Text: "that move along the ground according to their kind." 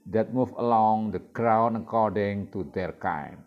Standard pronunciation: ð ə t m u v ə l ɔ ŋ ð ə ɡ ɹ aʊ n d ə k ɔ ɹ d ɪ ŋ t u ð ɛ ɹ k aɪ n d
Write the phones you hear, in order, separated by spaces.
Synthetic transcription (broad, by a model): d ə t m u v ə l ɔ ŋ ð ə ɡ ɹ aʊ n ə k ɔ ɹ d ɪ ŋ t u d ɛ ɹ k aɪ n